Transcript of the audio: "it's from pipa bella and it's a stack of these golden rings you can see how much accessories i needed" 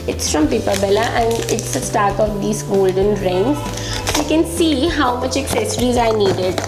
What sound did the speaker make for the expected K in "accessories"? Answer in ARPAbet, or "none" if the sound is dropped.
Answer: K